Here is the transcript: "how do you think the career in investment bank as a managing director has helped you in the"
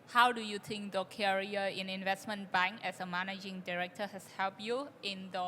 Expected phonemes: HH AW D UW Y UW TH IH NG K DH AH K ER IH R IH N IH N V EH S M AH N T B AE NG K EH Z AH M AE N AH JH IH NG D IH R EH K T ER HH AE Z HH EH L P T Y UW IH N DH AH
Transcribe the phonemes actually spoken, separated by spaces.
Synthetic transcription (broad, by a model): HH AW D UW Y UW T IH NG K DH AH K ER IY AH IH N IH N V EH S M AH N B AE NG K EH S AH M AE N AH JH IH NG D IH R EH K T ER HH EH S HH EH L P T Y UW IH N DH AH